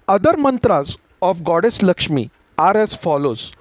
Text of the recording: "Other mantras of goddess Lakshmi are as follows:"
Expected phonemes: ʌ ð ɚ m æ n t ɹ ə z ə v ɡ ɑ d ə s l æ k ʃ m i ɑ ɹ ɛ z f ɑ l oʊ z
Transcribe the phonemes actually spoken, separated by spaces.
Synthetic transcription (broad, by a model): ʌ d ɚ m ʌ n t ɹ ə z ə f ɡ ɑ d ə s l æ k ʃ m i ɑ ɹ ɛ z f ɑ l oʊ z